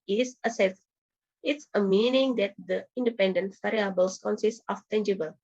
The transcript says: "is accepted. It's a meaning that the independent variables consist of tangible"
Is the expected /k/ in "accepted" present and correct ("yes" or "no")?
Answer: no